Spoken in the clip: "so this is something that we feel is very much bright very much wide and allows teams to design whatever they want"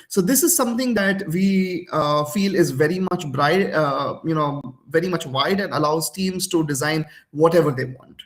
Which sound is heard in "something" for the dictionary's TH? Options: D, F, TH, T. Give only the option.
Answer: T